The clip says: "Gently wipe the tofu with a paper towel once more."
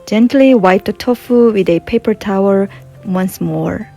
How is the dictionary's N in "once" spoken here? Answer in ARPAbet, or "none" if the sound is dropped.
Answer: N